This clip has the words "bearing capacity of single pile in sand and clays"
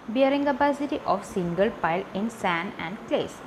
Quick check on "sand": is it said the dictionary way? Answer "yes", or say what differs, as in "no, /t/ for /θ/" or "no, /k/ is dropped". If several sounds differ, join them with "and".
no, /d/ is dropped